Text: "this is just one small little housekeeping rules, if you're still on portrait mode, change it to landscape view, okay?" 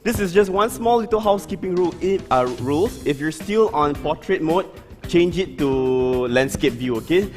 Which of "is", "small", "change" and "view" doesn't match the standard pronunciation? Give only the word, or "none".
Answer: is